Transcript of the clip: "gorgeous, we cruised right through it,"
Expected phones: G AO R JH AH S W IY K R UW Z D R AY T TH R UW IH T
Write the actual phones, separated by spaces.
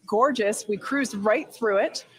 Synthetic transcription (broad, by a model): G AO R JH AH S W IY K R UW Z R AY T TH R UW IH T